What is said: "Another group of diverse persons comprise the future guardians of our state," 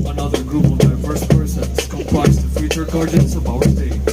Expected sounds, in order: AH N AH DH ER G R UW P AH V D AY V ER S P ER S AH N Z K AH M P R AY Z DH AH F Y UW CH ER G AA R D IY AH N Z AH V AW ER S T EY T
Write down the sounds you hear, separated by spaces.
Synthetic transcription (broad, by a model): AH N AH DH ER G R UW P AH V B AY F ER S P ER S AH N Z K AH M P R AY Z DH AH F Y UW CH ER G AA R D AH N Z AH V AW ER S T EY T